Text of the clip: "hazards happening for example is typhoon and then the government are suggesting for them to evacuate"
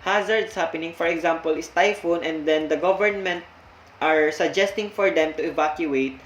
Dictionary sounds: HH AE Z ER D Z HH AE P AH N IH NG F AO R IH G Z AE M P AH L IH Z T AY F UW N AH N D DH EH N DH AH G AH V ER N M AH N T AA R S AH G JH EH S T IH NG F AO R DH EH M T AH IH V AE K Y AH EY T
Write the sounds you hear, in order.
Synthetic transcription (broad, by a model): HH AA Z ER D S HH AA P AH N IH NG F AO R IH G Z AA M P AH L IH S T AY F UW N AH N D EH N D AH G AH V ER N M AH N T AA R S AH G JH EH S T IH NG F AO R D EH M T AH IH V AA K Y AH EY T